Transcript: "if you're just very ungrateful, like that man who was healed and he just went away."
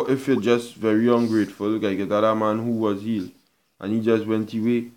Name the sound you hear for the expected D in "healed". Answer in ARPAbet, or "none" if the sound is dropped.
none